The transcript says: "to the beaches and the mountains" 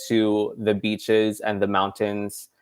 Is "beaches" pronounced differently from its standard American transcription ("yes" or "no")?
no